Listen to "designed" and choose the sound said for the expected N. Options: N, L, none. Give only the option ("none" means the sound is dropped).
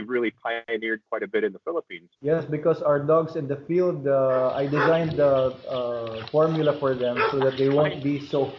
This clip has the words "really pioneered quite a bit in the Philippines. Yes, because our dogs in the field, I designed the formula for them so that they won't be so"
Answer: N